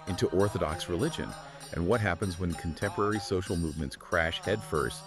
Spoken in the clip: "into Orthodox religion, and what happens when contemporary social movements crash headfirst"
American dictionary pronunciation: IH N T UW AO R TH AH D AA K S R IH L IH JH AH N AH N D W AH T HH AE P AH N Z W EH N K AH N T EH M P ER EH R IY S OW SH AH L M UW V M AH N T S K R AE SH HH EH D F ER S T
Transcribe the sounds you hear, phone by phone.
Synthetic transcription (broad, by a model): IH N T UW AO R TH AH D AA K S R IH L IH JH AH N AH N W AH T HH AE P AH N Z W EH N K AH N T EH M P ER EH R IY S OW SH L M UW V M AH N T S K R AE SH HH EH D F ER S T